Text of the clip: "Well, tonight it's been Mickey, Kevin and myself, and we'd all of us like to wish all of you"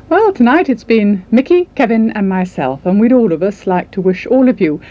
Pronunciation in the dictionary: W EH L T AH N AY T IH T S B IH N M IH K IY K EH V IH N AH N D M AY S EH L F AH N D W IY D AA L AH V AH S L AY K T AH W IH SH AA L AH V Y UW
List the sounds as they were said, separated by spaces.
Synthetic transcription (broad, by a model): W EH L T AH N AY T IH T S B IH N M IH K IY K EH V IH N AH N M AY S EH L F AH N W IY D AA L AH V AH S L AY K T AH W IH SH AA L AH V Y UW